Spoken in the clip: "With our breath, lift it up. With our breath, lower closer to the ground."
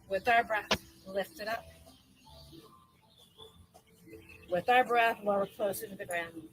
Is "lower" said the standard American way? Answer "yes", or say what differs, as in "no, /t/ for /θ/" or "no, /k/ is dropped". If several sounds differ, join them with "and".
no, /w/ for /l/